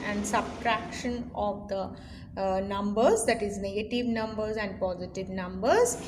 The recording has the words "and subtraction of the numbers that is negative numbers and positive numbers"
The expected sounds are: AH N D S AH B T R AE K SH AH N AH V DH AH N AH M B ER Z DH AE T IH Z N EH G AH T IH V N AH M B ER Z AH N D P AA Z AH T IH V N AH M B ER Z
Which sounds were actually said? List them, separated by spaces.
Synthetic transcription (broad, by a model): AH N D S AH B T R AE K SH AH N AH V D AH N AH M B ER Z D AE T IH Z N EH G AH T IH V N AH M B ER Z AH N D P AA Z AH T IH V N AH M B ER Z